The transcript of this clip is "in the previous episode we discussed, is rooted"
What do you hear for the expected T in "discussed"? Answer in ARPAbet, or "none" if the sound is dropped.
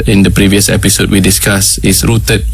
none